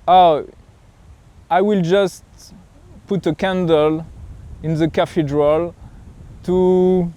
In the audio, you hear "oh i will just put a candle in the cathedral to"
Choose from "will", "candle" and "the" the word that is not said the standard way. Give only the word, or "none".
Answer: none